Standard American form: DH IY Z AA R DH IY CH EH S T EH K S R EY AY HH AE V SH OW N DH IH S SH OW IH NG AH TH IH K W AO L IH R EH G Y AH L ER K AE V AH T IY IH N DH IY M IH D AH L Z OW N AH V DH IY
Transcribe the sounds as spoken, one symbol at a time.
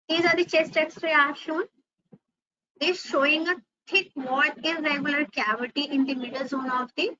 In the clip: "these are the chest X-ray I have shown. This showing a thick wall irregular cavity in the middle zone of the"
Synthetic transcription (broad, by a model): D IY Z AA R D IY CH EH S T EH K S R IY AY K SH OW N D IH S SH OW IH NG AH T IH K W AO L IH R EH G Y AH L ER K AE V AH T IY IH N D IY M IH D AH L Z OW N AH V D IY